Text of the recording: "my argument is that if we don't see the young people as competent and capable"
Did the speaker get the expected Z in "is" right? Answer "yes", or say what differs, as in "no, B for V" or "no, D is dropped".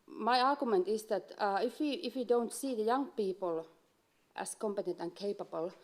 no, S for Z